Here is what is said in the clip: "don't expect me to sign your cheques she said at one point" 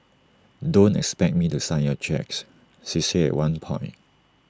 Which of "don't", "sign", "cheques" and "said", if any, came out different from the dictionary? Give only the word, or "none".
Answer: said